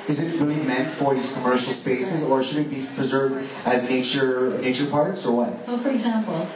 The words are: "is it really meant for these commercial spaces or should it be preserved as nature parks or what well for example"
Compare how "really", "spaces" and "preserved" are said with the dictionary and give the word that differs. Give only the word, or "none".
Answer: none